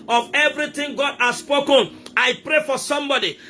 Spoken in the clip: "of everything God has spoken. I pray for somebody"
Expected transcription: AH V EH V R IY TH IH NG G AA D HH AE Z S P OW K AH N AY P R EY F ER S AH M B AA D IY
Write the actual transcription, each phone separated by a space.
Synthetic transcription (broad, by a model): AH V EH V R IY T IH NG G AA D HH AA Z S P OW K AH N AY P R EY F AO S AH M B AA D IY